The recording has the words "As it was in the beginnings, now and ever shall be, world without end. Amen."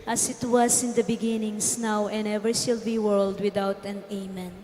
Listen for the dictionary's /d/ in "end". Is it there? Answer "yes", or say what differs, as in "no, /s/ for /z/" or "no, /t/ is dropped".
no, /d/ is dropped